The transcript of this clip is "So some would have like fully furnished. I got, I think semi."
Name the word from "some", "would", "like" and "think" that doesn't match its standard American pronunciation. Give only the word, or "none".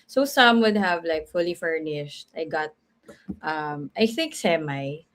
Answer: none